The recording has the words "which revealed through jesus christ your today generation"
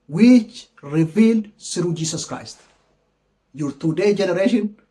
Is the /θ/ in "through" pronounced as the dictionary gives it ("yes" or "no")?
no